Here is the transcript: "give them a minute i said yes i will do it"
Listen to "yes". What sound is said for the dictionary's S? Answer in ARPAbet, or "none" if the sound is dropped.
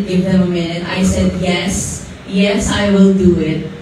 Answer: S